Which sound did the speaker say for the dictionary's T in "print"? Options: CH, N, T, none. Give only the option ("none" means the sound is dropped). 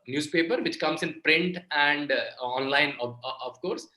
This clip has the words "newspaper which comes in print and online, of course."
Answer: T